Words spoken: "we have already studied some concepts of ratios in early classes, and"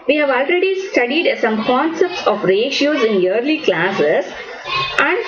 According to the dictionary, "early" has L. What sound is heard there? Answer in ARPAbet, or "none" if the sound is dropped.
L